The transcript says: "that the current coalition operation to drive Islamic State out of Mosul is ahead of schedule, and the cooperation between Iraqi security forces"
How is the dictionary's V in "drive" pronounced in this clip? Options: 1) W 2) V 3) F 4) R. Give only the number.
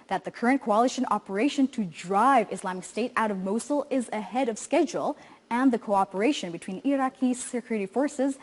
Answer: 2